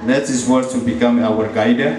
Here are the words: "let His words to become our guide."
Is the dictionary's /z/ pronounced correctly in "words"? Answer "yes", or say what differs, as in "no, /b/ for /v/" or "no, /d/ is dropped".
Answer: no, /z/ is dropped